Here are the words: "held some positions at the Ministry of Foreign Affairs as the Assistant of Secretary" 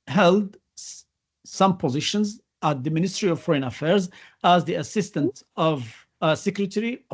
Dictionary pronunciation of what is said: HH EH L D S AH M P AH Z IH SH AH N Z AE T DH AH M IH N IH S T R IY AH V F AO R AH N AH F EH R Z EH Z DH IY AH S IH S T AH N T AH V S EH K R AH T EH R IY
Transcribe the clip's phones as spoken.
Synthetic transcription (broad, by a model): HH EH L D S AH M P AH Z IH SH AH N Z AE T DH AH M IH N IH S T R IY AH V F AO R AH N AH F EH R Z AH Z DH IY AH S IH S T AH N T AH V S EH K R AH T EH R IY